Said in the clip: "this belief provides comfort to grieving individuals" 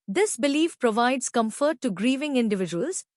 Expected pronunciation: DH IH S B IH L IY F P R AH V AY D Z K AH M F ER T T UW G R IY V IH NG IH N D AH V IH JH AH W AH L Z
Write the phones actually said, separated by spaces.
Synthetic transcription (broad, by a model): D IH S B IH L IY F P R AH V AY D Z K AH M F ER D T UW G R IY V IH NG IH N D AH V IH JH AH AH L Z